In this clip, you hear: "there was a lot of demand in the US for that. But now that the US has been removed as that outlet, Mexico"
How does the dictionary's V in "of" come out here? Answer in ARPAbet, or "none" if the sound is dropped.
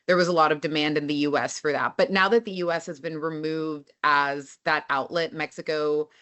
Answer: V